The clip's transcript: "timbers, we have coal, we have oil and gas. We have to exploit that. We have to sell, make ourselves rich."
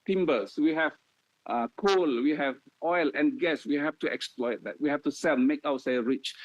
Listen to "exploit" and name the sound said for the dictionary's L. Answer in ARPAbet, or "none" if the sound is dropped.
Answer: L